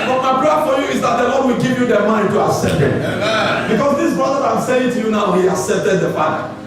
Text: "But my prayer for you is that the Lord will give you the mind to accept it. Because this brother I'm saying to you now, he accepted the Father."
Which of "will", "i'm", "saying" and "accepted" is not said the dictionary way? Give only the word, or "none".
none